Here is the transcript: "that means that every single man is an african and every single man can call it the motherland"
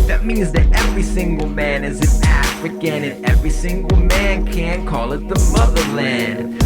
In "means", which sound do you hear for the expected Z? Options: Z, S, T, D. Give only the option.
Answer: Z